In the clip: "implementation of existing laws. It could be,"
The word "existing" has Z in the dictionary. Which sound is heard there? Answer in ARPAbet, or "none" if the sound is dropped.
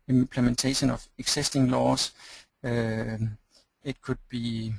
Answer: S